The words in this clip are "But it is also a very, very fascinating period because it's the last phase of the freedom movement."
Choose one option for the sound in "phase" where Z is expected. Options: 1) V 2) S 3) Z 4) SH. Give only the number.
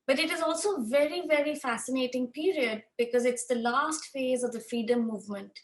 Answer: 3